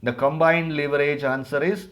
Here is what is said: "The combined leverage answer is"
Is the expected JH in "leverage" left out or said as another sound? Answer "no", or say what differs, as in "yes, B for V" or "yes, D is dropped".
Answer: no